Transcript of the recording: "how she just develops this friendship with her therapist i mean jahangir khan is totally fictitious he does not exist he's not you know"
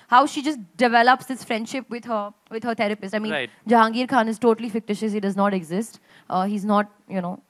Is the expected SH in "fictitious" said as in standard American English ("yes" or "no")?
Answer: yes